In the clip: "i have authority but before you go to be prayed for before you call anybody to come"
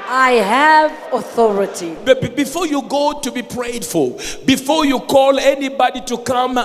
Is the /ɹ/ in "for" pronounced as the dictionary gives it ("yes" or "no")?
no